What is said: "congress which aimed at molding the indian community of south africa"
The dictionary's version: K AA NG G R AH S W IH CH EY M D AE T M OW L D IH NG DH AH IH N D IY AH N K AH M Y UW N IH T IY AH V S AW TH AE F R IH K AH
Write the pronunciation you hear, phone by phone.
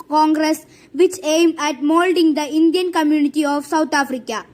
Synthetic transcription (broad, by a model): K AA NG G R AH S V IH CH EY M D AE T M OW L D IH NG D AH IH N D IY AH N K AH M Y UW N IH T IY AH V S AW T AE F R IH K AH